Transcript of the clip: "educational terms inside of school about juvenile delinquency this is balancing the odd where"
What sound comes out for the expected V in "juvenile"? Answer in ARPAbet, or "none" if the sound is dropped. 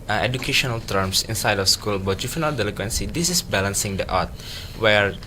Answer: F